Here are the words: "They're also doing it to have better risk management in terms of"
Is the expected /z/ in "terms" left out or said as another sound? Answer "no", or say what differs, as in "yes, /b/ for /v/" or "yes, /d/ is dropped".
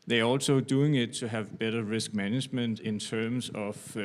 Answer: yes, /s/ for /z/